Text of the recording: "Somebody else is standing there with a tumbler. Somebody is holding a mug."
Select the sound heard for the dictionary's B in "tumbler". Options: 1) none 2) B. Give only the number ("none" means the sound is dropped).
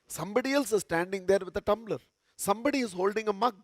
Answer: 2